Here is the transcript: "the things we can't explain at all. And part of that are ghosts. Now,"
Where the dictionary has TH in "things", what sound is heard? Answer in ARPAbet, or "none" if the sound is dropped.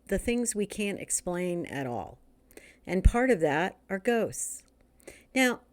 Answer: TH